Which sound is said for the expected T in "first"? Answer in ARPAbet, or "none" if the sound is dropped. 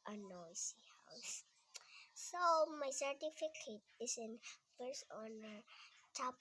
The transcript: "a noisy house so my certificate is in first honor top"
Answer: none